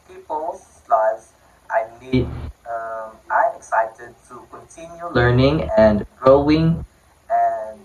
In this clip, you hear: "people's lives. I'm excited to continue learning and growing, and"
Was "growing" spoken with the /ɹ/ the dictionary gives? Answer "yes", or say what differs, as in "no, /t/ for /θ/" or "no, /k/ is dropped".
yes